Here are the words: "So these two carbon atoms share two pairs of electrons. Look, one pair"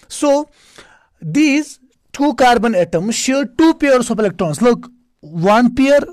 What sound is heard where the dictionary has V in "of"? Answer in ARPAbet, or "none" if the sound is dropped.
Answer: P